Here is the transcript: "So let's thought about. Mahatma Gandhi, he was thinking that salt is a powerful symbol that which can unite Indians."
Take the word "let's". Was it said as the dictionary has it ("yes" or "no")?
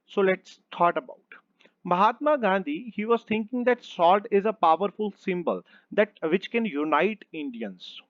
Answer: yes